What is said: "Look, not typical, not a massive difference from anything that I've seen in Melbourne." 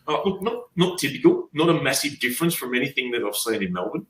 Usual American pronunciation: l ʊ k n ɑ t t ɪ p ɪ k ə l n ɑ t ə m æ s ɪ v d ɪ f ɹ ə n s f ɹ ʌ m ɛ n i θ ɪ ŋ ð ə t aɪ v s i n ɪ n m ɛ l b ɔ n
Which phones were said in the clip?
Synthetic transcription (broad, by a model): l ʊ k n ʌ t t ɪ p ɪ k ə l n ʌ t ə m æ s ɪ v d ɪ f ɹ ə n s f ɹ ʌ m ɛ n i θ ɪ ŋ ð ə t aɪ v s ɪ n ɪ n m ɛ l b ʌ n